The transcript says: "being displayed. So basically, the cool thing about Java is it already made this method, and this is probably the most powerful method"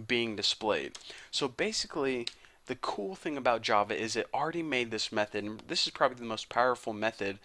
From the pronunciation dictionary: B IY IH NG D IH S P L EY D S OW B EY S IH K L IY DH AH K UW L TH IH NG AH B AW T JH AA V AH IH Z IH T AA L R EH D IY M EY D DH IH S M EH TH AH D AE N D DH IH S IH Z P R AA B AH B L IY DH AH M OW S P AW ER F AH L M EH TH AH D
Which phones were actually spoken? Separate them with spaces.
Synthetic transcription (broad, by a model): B IY IH NG D IH S P L EY D S OW B EY S IH K L IY DH AH K UW L TH IH NG AH B AW T JH AA V AH IH Z IH T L R EH D IY M EY D DH IH S M EH TH AH D N DH IH S IH Z P R AA B AH B L IY DH AH M OW S P AW ER F L M EH TH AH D